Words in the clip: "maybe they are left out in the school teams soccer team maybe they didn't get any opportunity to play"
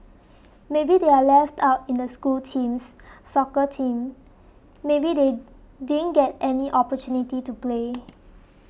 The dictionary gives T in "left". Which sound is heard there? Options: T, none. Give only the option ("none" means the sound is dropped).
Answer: T